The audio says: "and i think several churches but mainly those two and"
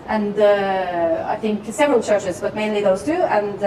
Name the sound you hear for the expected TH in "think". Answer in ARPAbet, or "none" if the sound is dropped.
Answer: TH